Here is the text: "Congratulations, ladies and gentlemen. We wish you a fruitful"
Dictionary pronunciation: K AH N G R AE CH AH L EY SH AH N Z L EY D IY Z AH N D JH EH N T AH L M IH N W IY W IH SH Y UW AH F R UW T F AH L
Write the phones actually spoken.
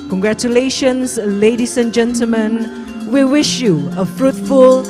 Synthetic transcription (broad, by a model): K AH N G R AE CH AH L EY SH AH N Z L EY D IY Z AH N JH EH N T AH L M IH N W IY W IH SH Y UW AH F R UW T F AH L